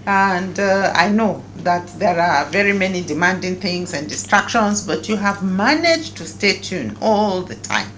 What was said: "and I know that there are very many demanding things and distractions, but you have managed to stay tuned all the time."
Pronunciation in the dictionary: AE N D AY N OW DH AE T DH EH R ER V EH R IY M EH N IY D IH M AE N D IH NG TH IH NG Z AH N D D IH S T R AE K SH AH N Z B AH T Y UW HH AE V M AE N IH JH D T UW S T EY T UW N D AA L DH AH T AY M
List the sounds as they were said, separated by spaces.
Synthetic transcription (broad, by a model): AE N D AY N OW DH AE T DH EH R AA V EH R IY M EH N IY D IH M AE N D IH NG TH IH NG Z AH N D D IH S T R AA K SH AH N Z B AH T Y UW HH AE V M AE N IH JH T UW S T EY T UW N AA L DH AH T AY M